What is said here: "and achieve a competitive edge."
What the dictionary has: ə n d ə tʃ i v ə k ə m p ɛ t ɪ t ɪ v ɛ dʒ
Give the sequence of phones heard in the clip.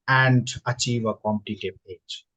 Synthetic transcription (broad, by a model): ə n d ə tʃ i v ə k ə m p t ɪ t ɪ b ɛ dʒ